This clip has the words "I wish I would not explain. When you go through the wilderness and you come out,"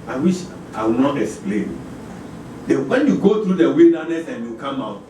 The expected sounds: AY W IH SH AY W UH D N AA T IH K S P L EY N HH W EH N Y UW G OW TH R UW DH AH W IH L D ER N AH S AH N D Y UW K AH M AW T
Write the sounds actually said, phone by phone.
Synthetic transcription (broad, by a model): AY W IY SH AY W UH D N AA T IH K S P L EY N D W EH N Y UW G OW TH R UW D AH W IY N D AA N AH S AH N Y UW K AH M AW T